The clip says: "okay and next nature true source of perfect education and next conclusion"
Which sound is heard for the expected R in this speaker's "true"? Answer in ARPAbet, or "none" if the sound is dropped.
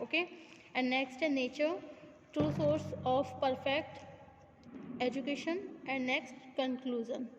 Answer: none